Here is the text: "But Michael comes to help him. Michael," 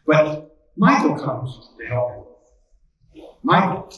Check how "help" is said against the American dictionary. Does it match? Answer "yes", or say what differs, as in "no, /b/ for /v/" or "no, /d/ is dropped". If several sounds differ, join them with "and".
no, /p/ is dropped